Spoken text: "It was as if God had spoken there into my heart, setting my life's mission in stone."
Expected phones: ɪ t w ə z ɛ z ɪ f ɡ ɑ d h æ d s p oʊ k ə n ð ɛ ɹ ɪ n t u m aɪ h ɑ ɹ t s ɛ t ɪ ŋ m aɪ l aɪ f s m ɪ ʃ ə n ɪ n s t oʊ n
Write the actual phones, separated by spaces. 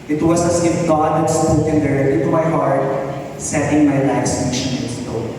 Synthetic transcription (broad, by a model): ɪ t w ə s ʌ s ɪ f ɡ ɑ d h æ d s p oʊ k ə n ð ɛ ɹ ɪ n t u m aɪ h ɑ ɹ t s ɛ t ɪ ŋ m aɪ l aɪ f s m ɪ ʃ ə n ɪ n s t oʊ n